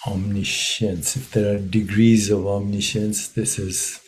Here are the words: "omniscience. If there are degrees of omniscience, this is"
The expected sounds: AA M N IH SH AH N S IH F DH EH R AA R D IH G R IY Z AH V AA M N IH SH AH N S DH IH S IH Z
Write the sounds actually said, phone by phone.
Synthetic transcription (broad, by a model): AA M N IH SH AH N S IH F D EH R AA R D IH G R IY Z AH V AA M N IH SH AH N S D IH S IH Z